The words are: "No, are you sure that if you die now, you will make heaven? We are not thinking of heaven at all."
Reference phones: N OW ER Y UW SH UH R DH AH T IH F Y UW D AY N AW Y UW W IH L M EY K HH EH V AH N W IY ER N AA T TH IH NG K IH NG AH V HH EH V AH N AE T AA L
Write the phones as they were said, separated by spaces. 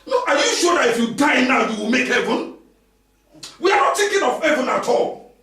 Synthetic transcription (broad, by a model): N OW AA Y UW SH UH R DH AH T IH F Y UW D AY N AW Y UW W IH L M EY K HH EH V AH N W IY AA N AA T T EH K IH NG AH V HH EH V AH N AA T AA L